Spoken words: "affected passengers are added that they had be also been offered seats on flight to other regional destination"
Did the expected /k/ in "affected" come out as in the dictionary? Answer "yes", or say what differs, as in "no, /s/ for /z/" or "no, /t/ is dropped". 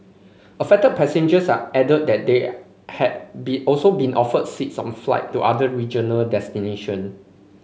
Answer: no, /k/ is dropped